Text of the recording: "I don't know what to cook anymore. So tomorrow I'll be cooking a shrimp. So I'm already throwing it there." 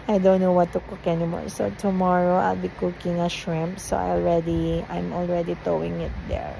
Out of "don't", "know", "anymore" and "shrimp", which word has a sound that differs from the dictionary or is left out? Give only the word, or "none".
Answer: none